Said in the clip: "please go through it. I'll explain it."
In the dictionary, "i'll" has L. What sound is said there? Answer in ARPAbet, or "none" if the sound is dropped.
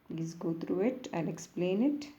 N